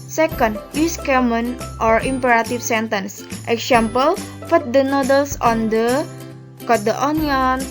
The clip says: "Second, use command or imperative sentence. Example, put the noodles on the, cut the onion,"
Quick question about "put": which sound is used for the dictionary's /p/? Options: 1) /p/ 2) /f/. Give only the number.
2